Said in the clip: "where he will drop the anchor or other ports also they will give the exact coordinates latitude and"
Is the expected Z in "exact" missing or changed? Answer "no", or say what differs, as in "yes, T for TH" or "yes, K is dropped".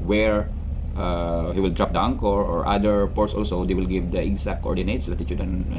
yes, S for Z